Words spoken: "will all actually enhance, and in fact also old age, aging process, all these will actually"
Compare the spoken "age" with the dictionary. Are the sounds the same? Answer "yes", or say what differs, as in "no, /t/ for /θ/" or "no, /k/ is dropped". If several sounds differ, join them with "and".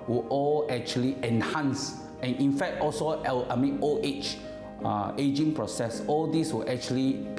no, /tʃ/ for /dʒ/